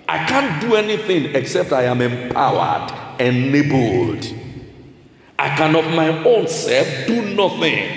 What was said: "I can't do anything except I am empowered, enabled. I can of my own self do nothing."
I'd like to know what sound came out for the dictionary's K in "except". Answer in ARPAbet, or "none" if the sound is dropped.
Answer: K